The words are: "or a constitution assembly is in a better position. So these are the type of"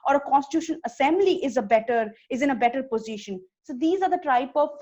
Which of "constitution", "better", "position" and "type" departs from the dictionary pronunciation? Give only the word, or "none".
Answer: none